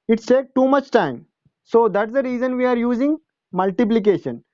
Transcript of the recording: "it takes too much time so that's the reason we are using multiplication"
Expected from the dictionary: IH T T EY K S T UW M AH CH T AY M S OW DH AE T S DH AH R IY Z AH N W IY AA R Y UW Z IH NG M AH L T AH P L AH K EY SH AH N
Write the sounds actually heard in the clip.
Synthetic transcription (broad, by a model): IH T T EY K T UW M AH CH T AY M S OW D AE T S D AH R IY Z AH N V IY AA R Y UW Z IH NG M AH L T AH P L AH K EY SH AH N